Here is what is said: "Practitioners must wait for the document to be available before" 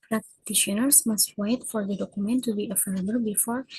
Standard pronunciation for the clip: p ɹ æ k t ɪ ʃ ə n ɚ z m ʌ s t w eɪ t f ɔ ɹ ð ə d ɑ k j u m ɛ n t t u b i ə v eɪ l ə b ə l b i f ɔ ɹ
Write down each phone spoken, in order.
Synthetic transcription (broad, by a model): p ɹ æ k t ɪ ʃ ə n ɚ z m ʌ s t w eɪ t f ɔ ɹ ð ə d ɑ k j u m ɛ n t t u b i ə f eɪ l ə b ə l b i f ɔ ɹ